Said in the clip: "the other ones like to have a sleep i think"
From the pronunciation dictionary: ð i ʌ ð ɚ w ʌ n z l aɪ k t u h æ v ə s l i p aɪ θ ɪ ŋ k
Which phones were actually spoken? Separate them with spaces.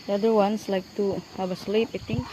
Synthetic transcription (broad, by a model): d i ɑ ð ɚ w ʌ n s l aɪ k t u h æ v ə s l i p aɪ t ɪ ŋ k